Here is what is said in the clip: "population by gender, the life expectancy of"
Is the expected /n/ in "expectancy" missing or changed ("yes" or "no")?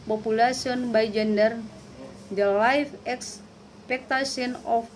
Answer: yes